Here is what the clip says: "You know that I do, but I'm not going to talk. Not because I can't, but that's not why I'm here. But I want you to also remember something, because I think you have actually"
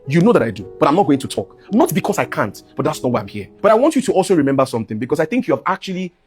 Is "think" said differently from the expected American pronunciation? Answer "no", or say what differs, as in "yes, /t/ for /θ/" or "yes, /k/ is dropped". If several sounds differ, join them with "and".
no